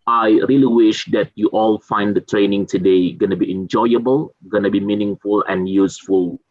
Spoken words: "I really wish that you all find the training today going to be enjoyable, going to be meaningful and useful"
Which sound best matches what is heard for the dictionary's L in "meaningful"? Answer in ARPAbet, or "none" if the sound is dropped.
L